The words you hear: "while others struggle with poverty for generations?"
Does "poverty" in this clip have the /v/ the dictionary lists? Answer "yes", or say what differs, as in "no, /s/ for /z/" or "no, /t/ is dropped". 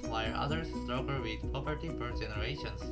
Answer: no, /p/ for /v/